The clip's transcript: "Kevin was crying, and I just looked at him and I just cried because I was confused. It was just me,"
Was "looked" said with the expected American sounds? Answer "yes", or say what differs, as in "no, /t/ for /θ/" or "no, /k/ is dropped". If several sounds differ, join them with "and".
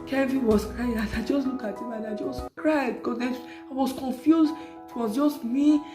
no, /t/ is dropped